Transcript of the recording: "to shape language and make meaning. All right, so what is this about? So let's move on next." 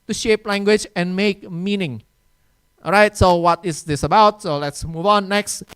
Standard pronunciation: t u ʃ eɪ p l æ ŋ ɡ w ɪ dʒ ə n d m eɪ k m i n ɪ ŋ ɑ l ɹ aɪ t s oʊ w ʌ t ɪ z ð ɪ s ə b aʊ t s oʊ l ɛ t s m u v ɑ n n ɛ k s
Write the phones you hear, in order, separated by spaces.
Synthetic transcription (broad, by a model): t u ʃ eɪ p l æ ŋ ɡ w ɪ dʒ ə n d m eɪ k m i n ɪ ŋ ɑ ɹ aɪ t s oʊ w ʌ t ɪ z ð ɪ s ə b aʊ t s oʊ l ɛ t s m u v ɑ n n ɛ k s